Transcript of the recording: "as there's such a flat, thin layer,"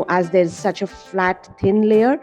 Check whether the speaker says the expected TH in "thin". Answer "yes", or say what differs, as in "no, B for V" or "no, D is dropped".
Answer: no, T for TH